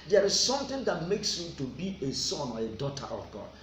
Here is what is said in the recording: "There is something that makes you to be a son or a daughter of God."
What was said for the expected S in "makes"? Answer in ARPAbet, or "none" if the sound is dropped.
S